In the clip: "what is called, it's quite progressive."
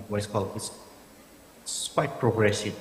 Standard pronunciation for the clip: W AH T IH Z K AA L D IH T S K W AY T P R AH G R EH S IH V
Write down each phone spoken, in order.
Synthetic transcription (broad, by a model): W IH S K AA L IH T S K W AY T P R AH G R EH S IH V